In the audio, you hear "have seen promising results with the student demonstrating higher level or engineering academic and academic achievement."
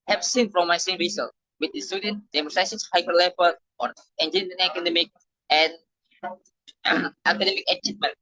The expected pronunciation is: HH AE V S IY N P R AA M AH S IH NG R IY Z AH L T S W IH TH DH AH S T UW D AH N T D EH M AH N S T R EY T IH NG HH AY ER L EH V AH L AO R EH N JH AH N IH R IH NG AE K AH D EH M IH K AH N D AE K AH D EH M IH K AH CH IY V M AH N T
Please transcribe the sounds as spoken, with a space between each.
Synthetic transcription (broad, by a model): HH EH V S IY N F R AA M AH S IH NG R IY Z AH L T W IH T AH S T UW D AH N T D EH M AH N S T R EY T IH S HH AY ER L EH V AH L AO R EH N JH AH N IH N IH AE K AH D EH M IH K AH N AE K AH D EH M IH K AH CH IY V M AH N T